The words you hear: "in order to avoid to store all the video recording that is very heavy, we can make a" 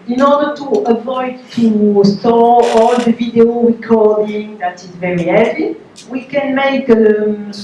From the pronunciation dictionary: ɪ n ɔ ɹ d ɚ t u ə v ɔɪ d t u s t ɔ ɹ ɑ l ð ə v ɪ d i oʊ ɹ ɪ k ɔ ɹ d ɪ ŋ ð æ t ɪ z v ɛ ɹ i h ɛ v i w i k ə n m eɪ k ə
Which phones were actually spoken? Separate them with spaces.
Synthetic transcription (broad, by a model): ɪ n ɔ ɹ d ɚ t u ə v ɔɪ d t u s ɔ ɑ l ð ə v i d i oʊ ɹ ɪ k ɔ ɹ d ɪ ŋ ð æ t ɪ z v ɛ ɹ i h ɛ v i w i k ə n m eɪ k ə